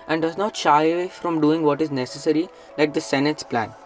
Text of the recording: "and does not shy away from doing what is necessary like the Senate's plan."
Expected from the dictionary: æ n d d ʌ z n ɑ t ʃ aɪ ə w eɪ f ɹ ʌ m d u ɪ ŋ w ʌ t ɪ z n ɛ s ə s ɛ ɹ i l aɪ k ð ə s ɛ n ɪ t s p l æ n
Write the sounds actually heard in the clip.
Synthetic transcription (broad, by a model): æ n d d ʌ z n ɑ t ʃ aɪ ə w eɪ f ɹ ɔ m d u ɪ ŋ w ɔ t ɪ z n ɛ s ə s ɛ ɹ i l aɪ k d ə s ɛ n ɪ t s p l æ n